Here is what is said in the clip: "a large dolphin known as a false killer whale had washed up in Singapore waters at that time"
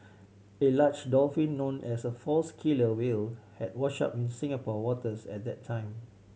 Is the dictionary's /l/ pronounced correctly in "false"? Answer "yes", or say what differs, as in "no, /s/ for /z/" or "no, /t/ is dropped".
yes